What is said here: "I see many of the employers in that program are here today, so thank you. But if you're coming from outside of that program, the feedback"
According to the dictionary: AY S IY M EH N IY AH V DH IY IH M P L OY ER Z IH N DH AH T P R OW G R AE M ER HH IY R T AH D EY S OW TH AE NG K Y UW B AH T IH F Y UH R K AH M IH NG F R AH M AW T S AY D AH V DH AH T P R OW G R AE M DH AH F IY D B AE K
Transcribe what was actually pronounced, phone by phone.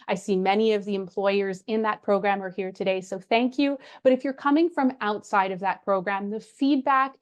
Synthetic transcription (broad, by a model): AY S IY M EH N IY AH V DH IY IH M P L OY ER Z IH N DH AH T P R OW G R AE M ER HH IY R T AH D EY S OW TH AE NG K Y UW B AH T IH F Y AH R K AH M IH NG F R AH M AW T S AY D AH V DH AH T P R OW G R AE M DH AH F IY D B AE K